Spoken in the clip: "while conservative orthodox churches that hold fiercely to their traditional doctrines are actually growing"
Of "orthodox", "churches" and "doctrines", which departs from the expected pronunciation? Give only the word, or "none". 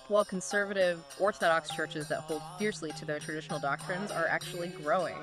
none